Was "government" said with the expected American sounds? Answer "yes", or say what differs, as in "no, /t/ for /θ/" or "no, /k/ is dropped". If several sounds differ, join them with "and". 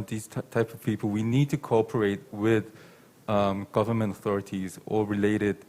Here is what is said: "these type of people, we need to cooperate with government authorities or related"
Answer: yes